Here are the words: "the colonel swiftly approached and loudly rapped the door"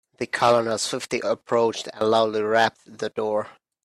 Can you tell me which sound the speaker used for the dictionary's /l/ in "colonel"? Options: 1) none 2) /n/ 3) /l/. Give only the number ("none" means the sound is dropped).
2